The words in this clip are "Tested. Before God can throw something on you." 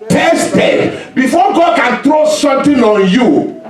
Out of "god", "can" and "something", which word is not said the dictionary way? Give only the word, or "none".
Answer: something